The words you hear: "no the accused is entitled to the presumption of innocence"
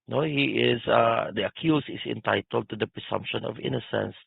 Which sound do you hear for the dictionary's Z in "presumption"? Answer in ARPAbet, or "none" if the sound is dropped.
S